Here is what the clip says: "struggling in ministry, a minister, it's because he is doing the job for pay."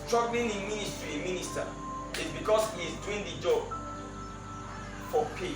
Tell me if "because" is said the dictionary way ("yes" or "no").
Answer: no